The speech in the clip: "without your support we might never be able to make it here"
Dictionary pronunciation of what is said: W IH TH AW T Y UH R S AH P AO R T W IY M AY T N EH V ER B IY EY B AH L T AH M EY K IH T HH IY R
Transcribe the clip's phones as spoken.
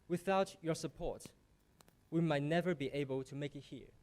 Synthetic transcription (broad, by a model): W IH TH AW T Y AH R S AH P AO R T W IY M AY T N EH V ER B IY EY B AH L T AH M EY K IH T HH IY R